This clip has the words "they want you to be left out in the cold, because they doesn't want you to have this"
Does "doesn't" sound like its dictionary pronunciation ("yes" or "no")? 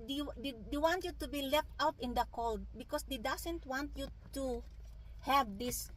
no